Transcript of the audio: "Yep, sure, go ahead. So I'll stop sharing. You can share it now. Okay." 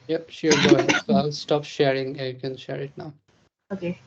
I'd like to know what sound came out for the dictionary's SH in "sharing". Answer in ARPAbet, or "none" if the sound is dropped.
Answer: SH